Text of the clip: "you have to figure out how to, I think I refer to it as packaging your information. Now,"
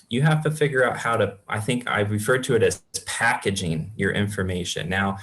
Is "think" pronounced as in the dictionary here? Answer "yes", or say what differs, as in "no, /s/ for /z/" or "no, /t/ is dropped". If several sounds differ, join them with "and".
yes